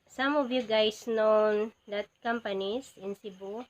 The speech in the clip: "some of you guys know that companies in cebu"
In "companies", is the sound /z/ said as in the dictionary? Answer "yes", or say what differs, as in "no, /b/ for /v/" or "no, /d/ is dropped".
no, /s/ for /z/